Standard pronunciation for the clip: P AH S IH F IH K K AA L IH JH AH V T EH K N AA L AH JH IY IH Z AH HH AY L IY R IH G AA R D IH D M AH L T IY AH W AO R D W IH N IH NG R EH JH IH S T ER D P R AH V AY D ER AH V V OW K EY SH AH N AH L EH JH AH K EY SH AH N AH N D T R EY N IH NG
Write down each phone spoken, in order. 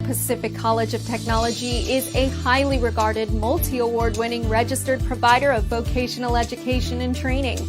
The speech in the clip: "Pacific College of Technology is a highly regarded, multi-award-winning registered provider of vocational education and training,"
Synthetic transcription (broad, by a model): P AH S IH F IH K K AA L IH JH AH V T EH K N AA L AH JH IY IH Z AH HH AY L IY R IH G AA R D IH D M AH L T IY AH W AO R D W IH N IH NG R EH JH IH S T ER D P R AH V AY D ER AH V V OW K EY SH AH N L EH JH AH K EY SH AH N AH N T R EY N IH NG